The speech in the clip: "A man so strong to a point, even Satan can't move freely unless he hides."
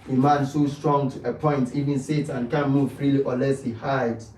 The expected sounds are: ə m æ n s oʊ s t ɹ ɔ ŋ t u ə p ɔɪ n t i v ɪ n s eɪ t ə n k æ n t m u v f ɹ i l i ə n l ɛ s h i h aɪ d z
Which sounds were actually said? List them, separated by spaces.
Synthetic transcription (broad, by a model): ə m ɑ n s oʊ s t ɹ ɔ ŋ t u ə p ɔɪ n t i v ɪ n s eɪ t ə n k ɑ n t m u v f ɹ i l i ə n l ɛ s h i h aɪ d